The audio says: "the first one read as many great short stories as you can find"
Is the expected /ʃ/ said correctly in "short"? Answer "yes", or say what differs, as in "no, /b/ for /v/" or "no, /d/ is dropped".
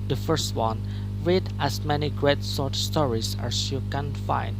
no, /s/ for /ʃ/